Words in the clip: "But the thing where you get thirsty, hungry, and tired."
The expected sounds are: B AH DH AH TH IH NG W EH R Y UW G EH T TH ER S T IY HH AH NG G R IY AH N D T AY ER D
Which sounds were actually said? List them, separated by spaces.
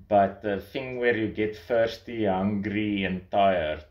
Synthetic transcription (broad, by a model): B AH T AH TH IH NG W EH R Y UW G EH T F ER S T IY HH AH NG G R IY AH N T AY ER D